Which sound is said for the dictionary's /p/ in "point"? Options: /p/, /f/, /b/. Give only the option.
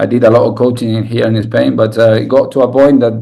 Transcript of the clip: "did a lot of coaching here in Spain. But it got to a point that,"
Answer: /b/